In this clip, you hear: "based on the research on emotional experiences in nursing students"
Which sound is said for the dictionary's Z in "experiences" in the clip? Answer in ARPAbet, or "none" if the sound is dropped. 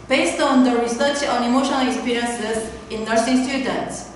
S